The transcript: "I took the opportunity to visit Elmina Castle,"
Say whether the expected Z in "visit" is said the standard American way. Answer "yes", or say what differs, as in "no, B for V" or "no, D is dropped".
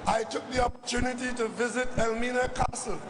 yes